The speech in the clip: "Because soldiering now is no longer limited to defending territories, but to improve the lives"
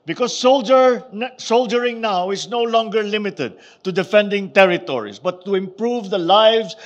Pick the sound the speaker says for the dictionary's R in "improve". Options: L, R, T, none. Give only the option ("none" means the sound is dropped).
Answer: R